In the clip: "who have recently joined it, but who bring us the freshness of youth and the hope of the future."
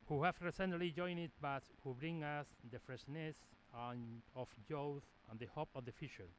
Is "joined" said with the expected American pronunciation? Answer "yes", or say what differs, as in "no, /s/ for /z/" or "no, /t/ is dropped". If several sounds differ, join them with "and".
no, /d/ is dropped